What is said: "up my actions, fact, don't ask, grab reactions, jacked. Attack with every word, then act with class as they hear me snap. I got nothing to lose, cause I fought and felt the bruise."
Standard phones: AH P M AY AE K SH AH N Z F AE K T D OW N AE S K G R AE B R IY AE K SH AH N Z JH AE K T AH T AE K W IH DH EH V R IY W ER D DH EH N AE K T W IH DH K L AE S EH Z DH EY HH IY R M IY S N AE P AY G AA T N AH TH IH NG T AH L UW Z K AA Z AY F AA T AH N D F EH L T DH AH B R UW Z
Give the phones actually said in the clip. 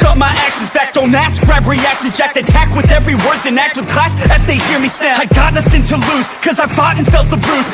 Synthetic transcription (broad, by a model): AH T M AY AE K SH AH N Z F AE K T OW N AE S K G R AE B R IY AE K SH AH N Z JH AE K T AH T AE K W IH DH EH V R IY W ER D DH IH N AE K T W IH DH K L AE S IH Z DH EY HH IY R M IY S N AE AY G AA T N AH TH IH NG T AH L UW Z K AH Z AY F AA T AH N F EH L T DH AH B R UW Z